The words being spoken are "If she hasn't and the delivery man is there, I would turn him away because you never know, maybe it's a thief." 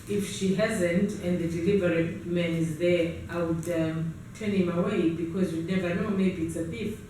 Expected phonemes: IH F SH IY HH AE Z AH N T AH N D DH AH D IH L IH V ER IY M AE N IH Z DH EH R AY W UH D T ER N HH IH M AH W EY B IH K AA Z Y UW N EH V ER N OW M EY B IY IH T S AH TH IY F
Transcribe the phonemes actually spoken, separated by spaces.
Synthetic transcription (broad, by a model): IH F SH IY HH AE Z AH N T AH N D DH AH D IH L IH V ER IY M AE N IH Z DH EH R AY W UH D T ER N HH IH M AH W EY B IH K AA Z Y UW N EH V ER N OW M EY B IY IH T S AH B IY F